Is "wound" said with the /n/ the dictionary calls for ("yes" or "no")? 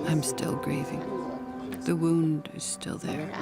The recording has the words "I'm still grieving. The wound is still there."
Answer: yes